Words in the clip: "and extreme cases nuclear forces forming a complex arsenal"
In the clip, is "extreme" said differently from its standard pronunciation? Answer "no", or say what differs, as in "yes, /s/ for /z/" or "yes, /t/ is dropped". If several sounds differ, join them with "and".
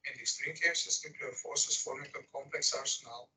yes, /k/ is dropped